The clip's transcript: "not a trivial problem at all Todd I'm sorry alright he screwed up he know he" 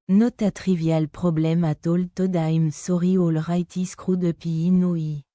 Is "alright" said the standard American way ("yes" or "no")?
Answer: yes